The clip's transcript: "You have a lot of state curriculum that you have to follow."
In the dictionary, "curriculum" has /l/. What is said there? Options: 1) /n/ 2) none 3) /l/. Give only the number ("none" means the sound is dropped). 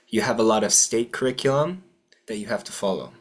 2